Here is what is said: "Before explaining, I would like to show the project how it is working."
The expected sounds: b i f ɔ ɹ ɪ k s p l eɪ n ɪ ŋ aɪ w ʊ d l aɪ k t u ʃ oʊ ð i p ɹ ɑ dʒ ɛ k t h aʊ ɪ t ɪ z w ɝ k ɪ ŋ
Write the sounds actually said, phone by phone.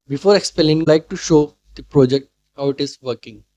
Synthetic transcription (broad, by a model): b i f ɔ ɹ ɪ k s p eɪ l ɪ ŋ l aɪ k t u ʃ oʊ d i p ɹ ɑ dʒ ɛ k t h aʊ ɪ t ɪ z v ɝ k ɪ ŋ